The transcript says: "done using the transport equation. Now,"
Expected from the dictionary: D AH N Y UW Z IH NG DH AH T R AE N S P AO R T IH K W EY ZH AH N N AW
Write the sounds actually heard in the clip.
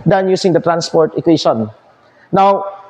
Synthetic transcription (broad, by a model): D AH N Y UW S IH NG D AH T R AE N S P AO R T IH K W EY SH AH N N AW